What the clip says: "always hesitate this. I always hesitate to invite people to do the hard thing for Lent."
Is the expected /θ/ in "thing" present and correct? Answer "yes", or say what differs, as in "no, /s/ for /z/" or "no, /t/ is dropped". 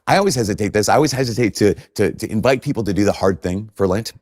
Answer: yes